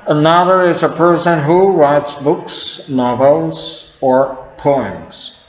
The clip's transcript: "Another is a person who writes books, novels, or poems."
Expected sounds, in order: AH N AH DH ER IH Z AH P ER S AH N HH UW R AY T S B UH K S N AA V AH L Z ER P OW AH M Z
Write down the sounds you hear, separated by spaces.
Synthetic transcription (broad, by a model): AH N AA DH ER IH Z AH P ER S AH N HH UW R AY T S B UH K S N AA V AH L Z ER P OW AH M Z